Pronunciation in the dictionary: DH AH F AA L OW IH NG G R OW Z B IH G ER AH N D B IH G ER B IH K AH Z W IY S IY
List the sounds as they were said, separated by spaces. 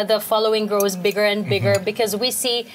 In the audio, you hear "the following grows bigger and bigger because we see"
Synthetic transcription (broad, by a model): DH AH F AA L OW IH NG G R OW Z B IH G ER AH N B IH G ER B IH K AH Z W IY S IY